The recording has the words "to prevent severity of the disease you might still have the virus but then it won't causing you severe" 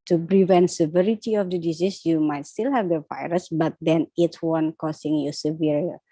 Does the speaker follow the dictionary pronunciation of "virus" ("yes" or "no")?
yes